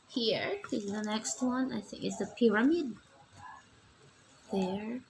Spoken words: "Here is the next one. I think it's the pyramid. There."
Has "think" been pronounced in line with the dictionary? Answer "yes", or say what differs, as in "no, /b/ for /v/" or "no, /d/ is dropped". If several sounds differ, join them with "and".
yes